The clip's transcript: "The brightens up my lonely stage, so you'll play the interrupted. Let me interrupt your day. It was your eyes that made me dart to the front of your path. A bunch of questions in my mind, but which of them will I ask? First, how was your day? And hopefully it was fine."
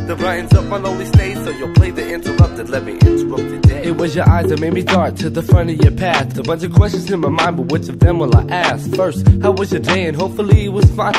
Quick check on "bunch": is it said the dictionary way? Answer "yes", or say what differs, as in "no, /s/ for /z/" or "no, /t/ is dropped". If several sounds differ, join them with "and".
yes